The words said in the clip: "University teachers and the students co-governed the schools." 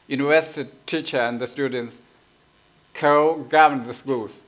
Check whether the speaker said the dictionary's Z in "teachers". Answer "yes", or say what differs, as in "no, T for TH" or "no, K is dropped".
no, Z is dropped